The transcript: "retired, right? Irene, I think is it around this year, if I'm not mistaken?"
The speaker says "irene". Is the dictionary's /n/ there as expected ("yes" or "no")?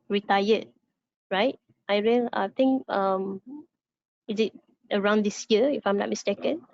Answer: no